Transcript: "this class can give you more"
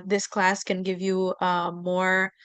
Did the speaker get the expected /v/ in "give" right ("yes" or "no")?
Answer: yes